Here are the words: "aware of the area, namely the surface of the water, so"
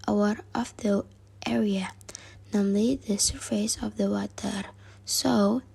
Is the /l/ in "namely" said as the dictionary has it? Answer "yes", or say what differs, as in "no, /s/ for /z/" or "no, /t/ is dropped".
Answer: yes